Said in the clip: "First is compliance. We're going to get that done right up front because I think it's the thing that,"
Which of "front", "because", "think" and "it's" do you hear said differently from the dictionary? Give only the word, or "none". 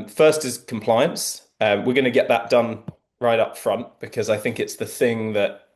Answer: none